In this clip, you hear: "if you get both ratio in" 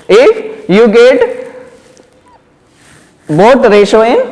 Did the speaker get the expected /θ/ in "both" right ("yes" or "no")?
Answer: no